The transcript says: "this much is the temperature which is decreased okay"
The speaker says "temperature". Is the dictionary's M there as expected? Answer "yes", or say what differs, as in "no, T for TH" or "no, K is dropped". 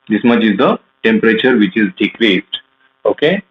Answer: yes